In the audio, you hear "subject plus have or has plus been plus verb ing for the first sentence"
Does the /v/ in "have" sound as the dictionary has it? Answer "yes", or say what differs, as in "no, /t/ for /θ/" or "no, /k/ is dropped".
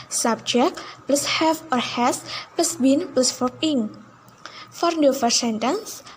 no, /f/ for /v/